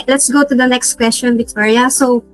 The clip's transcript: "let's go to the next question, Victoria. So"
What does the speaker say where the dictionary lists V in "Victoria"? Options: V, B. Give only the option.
B